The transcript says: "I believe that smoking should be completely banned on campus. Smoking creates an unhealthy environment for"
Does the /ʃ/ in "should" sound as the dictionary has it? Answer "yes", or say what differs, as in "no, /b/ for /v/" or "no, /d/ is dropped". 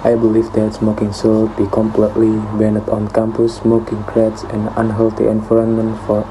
no, /s/ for /ʃ/